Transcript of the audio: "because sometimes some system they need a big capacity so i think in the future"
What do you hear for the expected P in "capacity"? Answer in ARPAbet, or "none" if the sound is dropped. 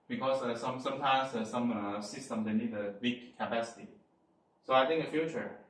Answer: P